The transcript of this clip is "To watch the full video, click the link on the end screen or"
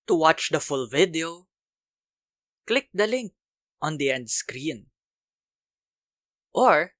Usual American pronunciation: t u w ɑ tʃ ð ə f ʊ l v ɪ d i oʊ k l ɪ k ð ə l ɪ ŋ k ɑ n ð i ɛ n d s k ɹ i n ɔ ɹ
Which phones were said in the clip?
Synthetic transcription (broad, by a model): t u w ɑ tʃ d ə f ʊ l v ɪ d i oʊ k l ɪ k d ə l ɪ ŋ k ɑ n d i ɛ n d s k ɹ i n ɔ ɹ